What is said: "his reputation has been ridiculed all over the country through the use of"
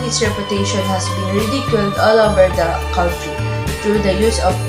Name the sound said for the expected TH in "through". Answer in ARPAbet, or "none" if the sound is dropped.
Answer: T